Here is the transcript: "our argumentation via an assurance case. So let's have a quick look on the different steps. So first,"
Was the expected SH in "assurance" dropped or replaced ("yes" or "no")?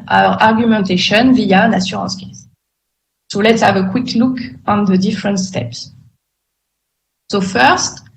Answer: yes